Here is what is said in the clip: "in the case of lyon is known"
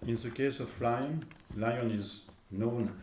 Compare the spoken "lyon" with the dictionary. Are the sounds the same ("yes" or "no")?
yes